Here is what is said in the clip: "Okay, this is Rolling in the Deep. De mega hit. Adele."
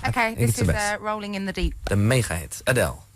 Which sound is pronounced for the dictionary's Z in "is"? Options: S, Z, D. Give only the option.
S